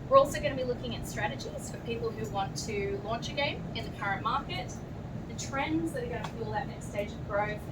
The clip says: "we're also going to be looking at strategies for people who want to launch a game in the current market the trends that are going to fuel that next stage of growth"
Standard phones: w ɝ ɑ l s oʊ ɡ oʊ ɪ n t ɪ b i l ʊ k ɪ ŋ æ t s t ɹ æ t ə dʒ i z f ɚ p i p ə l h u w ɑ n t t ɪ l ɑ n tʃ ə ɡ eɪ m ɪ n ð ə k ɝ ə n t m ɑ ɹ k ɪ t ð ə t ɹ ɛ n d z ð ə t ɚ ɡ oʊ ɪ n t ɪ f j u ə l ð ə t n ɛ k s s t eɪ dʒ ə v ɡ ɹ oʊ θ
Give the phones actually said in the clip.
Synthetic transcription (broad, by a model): w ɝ ɑ l s oʊ ɡ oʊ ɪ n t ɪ b i l ʊ k ɪ ŋ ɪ t s t ɹ æ t ə dʒ i z f ɚ p i p l h u w ɑ n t t ɪ l ɑ n tʃ ə ɡ eɪ m ɪ n ð ə k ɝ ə n m ɑ ɹ k ɪ t ð ə t ɹ ɛ n d z ð ə t ɚ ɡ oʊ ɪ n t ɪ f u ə l ð ə t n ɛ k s s t eɪ dʒ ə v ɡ ɹ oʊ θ